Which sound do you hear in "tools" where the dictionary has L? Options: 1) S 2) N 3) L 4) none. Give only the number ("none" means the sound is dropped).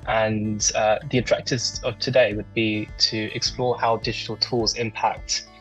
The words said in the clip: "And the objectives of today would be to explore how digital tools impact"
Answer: 3